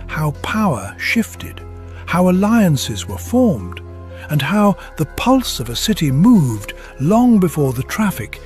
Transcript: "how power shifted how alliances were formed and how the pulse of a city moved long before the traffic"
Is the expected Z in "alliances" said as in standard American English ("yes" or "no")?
yes